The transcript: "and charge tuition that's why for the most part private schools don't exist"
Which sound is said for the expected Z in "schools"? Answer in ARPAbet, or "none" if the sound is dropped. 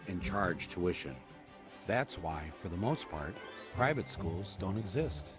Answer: Z